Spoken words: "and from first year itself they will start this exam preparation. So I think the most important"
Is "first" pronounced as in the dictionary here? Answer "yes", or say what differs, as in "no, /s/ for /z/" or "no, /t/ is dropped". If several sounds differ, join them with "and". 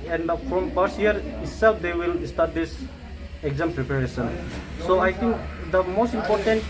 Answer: no, /s/ is dropped